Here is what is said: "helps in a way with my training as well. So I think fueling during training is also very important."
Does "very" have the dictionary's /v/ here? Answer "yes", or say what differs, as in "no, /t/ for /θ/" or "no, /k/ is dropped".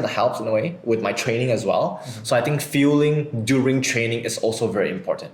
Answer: yes